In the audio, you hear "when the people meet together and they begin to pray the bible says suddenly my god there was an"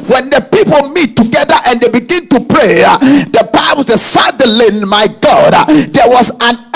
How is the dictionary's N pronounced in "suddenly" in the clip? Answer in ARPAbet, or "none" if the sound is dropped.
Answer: none